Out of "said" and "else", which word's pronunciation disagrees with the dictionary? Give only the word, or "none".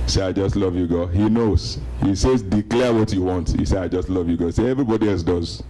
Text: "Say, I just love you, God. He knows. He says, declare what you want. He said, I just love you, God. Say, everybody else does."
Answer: said